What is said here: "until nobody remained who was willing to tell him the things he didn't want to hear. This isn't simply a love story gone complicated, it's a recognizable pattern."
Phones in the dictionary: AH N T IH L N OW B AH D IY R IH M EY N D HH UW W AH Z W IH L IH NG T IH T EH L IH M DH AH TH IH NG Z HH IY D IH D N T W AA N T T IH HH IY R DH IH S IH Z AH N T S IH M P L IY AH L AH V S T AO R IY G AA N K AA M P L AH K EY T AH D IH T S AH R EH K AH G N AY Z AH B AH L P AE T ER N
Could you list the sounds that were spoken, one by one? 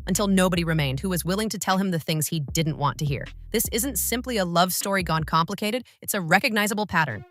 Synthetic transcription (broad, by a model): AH N T IH L N OW B AH D IY R IH M EY N D HH UW W AH Z W IH L IH NG T IH T EH L IH M DH AH TH IH NG Z HH IY D IH D N T W AA N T T IH HH IY R DH IH S IH Z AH N T S IH M P L IY AH L AH V S T AO R IY G AA N K AA M P L AH K EY T AH D IH T S AH R EH K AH G N AY Z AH B L P AE T ER N